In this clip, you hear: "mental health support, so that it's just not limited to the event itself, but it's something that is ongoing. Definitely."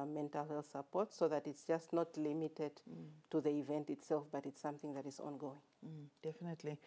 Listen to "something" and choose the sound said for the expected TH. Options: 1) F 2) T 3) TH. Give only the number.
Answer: 3